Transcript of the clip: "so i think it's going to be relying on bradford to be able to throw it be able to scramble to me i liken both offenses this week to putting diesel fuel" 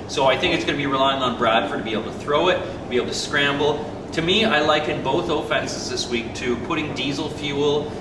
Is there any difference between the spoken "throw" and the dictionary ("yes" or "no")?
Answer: no